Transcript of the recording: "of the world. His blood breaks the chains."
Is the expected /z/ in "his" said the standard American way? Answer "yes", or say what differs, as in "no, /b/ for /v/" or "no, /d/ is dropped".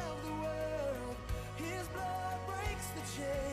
yes